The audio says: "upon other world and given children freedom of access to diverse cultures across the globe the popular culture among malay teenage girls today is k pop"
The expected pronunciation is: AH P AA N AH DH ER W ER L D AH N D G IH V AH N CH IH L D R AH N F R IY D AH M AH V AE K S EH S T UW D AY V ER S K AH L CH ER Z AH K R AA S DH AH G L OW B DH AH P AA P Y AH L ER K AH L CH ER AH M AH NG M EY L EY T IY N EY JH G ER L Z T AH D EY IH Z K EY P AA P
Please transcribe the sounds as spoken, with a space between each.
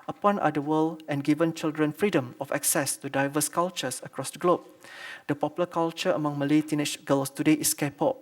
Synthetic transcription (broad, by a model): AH P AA N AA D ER W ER L AH N G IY V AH N CH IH L D R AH N F R IY D AH M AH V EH K S EH S T UW D AY V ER S K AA L CH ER S AH K R AA S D AH G L OW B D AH P AA P Y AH L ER K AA L CH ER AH M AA NG M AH L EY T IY N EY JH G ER L S T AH D EY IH S K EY P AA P